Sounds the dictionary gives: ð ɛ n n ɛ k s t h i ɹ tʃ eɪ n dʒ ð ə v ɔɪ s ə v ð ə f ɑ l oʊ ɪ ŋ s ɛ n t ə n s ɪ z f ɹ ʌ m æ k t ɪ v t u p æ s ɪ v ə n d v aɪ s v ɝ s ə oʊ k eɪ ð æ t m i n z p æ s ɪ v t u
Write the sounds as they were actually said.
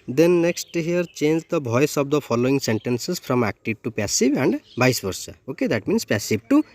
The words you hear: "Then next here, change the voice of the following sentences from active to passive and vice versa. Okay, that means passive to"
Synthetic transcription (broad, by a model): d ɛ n n ɛ k s t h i ɹ tʃ eɪ n dʒ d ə b ɔɪ s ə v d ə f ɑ l oʊ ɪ ŋ s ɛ n t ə n s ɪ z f ɹ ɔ m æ k t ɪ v t u p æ s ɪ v ə n d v aɪ s b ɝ s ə oʊ k eɪ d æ t m i n s p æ s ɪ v t u